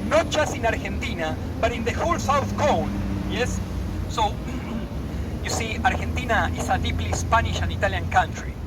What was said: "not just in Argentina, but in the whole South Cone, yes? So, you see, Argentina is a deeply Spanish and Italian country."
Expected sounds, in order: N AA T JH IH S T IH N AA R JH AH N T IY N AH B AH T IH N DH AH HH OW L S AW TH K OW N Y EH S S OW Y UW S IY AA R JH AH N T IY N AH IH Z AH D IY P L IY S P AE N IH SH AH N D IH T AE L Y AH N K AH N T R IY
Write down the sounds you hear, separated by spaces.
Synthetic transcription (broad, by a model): N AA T JH IH S T IH N AA R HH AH N T IY N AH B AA T IH N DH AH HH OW L S AW TH K OW N Y EH S S OW Y UW S IY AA R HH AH N T IY N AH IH S AH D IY P L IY S P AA N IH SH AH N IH T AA L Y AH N K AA N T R IY